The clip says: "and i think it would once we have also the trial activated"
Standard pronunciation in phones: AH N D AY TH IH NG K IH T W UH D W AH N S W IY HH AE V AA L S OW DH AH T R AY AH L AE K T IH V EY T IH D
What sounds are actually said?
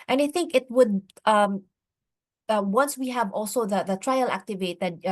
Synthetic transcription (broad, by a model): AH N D AY TH IH NG K IH T W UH D W AH N S W IY HH AE V AA L S OW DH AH T R AY AH L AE K T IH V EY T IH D